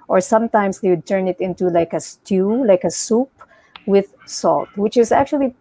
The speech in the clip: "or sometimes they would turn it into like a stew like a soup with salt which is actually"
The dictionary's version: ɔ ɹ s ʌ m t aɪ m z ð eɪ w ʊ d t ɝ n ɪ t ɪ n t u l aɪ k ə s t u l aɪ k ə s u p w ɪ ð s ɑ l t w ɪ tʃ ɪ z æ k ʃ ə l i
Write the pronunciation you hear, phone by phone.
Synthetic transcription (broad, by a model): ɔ ɹ s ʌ m t aɪ m s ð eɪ w ʊ d t ɝ n ɪ t ɪ n t u l aɪ k ə s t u l aɪ k ə s u p w ɪ ð s ɑ l t w ɪ tʃ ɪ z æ k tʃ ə l i